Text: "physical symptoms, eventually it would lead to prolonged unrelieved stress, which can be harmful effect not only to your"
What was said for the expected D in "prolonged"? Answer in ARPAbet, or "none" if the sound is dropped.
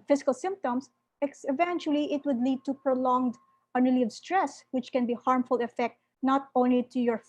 D